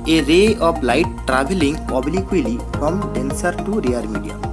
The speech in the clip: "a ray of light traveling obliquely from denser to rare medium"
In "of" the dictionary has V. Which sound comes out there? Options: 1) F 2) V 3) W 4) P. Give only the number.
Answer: 4